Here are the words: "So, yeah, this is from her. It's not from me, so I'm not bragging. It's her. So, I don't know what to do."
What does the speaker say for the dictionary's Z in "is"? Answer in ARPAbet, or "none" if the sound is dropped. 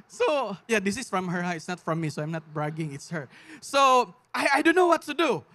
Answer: S